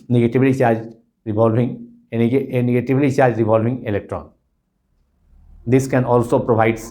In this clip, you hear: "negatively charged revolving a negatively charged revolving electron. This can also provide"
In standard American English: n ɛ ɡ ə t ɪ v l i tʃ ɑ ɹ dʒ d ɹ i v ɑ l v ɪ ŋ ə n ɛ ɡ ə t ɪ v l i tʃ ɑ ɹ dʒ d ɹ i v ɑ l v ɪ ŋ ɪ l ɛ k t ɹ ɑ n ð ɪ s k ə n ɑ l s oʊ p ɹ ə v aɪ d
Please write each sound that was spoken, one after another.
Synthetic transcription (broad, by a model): n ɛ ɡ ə t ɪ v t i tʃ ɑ ɹ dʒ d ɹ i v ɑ l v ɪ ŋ n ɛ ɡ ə t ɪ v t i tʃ ɑ ɹ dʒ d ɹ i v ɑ l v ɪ ŋ ɪ l ɛ k t ɹ ɑ n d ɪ s k ə n ɑ l s oʊ p ɹ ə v aɪ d